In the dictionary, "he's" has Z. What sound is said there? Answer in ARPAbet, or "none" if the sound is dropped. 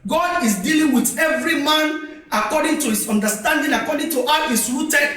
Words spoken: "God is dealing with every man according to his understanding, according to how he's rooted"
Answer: S